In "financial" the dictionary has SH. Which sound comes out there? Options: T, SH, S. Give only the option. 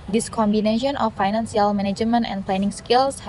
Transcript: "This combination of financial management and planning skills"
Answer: S